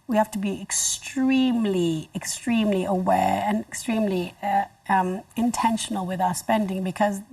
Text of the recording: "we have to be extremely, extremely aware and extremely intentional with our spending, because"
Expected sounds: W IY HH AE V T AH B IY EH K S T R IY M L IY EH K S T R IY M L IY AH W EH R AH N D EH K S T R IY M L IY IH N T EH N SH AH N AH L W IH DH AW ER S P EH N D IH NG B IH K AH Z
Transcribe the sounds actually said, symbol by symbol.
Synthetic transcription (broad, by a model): W IY HH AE F T AH B IY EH K S T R IY M L IY EH K S T R IY M L IY AH W EH R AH N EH K S T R IY M L IY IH N T EH N SH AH N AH L W IH DH AW ER S P EH N D IH NG B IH K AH Z